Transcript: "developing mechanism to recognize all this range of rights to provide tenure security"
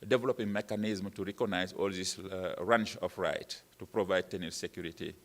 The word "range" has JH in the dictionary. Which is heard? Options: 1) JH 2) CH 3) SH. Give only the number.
2